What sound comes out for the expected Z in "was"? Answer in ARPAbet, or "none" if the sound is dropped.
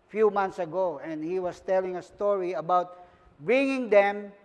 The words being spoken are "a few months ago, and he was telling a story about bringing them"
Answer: S